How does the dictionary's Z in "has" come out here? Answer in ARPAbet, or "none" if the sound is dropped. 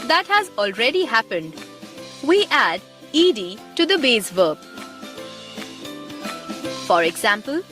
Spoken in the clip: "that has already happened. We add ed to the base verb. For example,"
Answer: Z